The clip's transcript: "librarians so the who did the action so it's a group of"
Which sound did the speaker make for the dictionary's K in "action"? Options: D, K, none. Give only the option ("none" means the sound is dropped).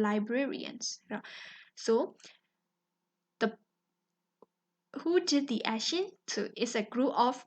none